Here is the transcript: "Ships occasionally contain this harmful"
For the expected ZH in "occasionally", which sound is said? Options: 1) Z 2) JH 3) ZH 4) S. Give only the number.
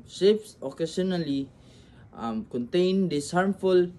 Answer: 4